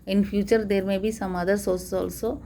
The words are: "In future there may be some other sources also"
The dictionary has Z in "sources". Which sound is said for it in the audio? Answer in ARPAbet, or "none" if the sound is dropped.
none